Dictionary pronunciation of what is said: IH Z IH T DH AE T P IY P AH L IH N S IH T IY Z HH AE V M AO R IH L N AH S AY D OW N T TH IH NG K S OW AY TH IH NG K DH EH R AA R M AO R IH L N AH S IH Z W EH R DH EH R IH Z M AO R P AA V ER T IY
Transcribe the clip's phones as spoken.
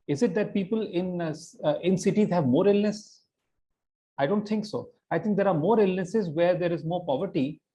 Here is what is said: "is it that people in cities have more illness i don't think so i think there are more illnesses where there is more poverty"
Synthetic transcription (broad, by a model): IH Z IH T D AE T P IY P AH L IH N S IH T IY Z HH AE V M AO R IH L N AH S AY D OW N T T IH NG K S OW AY T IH NG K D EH R AA R M AO R IH L N AH S IH Z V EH R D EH R IH Z M AO R P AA V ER T IY